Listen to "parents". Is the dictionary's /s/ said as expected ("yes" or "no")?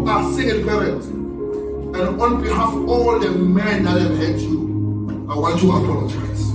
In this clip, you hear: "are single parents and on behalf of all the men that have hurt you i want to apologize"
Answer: no